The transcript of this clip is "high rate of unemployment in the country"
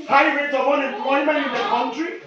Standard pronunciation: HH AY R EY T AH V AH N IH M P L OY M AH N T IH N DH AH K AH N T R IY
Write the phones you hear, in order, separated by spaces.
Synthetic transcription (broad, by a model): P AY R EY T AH W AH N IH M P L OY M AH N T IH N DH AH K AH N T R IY